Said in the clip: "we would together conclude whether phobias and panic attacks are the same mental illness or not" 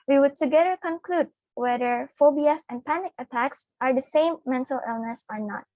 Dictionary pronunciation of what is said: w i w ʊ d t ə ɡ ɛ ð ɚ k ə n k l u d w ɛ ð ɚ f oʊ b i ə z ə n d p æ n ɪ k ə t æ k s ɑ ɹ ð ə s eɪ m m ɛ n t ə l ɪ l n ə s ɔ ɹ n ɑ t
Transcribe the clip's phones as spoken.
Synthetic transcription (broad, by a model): w i w ʊ d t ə ɡ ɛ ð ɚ k ə n k l u d w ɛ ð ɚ f oʊ b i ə s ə n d p æ n ɪ k ə t æ k s ɑ ɹ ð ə s eɪ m m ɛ n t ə l ɪ l n ə s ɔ ɹ n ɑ t